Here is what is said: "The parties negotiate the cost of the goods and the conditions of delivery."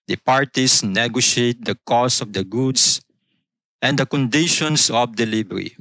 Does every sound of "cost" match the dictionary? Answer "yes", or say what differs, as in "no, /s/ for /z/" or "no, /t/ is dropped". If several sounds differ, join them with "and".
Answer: no, /t/ is dropped